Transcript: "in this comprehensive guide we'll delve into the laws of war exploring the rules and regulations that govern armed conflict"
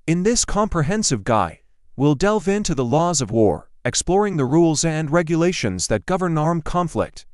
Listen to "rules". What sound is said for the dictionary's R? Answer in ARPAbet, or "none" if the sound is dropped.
R